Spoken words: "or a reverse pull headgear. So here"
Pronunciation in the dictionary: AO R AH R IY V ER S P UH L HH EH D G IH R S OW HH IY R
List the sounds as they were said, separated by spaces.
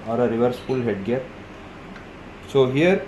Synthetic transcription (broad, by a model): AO R AH R IY V ER S F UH L HH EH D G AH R S OW HH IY R